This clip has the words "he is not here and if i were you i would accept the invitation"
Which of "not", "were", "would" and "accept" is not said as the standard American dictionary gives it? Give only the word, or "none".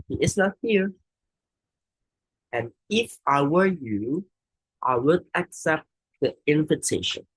none